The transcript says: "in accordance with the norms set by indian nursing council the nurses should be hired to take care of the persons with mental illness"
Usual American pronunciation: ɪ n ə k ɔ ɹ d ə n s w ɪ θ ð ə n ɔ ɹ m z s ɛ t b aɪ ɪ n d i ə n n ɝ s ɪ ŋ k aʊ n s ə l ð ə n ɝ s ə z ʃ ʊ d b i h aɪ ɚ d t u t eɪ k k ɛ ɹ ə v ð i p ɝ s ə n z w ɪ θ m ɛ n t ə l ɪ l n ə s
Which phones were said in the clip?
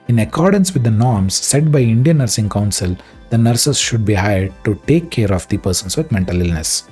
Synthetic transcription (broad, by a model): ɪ n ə k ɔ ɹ d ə n s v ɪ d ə n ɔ ɹ m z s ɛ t b aɪ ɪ n d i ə n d s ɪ ŋ k aʊ n s ə l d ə n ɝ s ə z ʃ ʊ d b i h aɪ ɚ d t u t eɪ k k ɛ ɹ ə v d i p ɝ s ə n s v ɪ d m ɛ n t ə l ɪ l n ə s